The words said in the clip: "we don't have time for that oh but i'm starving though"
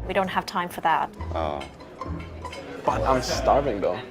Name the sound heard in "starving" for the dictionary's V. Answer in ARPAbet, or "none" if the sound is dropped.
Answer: V